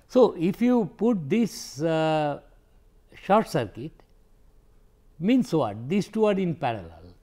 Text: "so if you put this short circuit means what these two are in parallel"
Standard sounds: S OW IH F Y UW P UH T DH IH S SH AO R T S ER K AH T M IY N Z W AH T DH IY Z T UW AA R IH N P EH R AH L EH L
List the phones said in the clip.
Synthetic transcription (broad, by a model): S OW IH F Y UW P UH T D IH S SH AO R T S ER K AH T M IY N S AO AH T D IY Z T UW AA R IH N P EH R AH L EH L